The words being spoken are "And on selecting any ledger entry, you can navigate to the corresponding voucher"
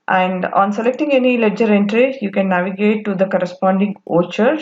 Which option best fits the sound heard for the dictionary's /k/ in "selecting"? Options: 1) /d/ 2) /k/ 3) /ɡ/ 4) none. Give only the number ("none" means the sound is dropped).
2